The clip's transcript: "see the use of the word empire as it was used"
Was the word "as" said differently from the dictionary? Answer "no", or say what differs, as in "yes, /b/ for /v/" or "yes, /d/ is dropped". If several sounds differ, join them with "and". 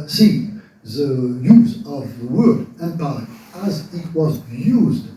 no